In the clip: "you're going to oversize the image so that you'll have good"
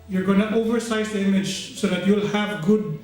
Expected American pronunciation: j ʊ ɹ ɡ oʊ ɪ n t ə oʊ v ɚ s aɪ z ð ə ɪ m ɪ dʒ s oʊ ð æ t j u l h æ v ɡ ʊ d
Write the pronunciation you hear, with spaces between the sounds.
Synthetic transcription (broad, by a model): j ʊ ɹ ɡ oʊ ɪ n t oʊ v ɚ s aɪ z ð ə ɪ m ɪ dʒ s oʊ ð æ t j u l h æ v ɡ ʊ d